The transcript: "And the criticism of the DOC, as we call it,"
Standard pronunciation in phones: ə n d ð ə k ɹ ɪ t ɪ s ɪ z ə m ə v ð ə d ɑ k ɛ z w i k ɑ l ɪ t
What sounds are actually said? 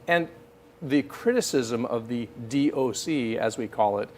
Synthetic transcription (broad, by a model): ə n ð ə k ɹ ɪ t ɪ s ɪ z ə m ə v ð ə d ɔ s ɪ z w i k ɑ l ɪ t